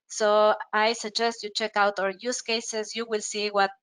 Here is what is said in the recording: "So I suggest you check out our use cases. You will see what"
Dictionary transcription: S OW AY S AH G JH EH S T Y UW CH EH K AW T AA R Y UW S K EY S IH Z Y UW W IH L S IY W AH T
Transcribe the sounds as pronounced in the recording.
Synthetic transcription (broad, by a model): S OW AY S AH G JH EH S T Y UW CH EH K AW T AA R Y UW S K EY S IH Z Y UW W IH L S IY W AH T